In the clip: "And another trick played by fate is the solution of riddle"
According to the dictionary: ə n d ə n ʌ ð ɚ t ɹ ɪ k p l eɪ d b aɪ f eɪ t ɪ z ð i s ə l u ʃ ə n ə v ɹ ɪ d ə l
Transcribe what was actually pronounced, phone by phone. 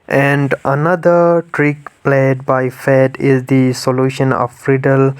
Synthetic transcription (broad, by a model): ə n d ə n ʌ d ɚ t ɹ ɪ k p l eɪ d b aɪ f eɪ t ɪ z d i s ə l u ʃ ə n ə f ɹ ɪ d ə l